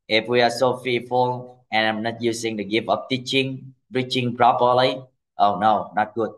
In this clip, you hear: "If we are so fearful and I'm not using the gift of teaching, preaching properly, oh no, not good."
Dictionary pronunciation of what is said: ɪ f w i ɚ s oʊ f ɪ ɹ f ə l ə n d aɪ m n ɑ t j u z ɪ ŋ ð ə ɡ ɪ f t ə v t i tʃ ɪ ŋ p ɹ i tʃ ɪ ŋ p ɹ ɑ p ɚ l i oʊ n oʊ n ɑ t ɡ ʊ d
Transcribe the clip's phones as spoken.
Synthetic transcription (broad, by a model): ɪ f w i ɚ s oʊ f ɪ f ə l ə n aɪ m n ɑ t j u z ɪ ŋ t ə ɡ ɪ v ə p t i tʃ ɪ ŋ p ɹ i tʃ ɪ ŋ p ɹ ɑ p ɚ l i oʊ n oʊ n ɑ t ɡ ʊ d